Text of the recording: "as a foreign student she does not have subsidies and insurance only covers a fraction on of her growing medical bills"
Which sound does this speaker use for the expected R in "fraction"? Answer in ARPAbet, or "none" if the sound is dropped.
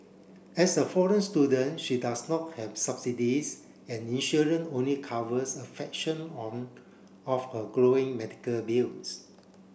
none